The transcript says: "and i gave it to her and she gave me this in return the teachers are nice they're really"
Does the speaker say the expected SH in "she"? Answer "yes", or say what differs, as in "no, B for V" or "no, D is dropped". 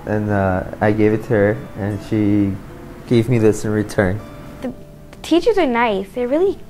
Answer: yes